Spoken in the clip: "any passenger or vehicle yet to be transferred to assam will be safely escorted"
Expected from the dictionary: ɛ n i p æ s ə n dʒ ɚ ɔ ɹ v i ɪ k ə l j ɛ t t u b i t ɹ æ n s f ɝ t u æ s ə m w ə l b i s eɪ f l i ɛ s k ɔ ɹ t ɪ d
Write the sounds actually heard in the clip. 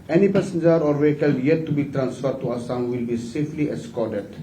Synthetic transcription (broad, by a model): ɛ n i p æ s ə n dʒ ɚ ɔ ɹ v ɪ k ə l j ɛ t t u b i t ɹ æ n s f ɝ t u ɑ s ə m w ə l b i s eɪ f l i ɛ s k ɔ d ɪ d